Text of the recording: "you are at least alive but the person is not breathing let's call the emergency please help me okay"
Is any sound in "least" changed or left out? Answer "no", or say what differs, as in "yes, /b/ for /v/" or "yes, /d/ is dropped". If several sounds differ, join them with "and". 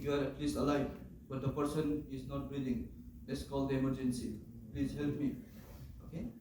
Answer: yes, /t/ is dropped